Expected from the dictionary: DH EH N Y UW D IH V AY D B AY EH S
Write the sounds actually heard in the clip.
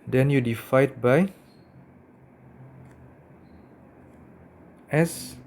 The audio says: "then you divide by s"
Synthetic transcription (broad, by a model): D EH N Y UW D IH F AY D B AY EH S